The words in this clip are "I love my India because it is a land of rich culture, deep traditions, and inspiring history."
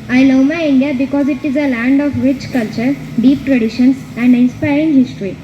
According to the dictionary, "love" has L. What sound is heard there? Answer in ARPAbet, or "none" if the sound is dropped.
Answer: N